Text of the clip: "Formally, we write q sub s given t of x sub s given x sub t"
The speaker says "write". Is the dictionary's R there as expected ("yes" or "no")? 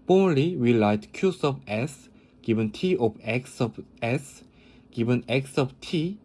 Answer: no